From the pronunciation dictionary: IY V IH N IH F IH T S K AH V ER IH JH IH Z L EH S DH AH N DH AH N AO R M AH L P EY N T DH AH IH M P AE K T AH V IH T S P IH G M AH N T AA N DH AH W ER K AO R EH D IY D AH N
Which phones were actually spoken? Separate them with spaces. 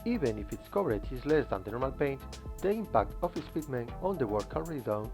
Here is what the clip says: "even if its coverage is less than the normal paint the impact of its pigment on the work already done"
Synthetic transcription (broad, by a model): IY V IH N IH F IH T S K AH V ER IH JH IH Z L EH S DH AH N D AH N AO R M AH L P EY N T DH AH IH M P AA K T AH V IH S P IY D M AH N AA N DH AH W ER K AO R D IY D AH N